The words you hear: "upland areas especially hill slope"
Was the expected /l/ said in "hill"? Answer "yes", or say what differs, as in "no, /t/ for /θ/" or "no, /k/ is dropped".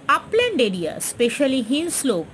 no, /n/ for /l/